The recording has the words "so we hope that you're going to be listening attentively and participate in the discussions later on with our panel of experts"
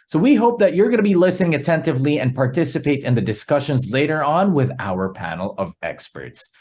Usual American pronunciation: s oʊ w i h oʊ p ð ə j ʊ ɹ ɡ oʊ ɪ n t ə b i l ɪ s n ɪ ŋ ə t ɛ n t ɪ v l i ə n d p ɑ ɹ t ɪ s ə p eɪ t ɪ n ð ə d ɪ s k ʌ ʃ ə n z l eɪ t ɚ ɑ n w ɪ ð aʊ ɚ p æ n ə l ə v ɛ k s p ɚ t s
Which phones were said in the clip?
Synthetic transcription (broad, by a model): s oʊ w i h oʊ p ð ə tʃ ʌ ɹ ɡ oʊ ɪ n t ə b i l ɪ s n ɪ ŋ ə t ɛ n t ɪ v l i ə n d p ɑ ɹ t ɪ s ə p eɪ t ɪ n ð ə d ɪ s k ʌ ʃ ə n z l eɪ t ɚ ɑ n w ɪ ð aʊ ɚ p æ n l ə v ɛ k s p ɚ t s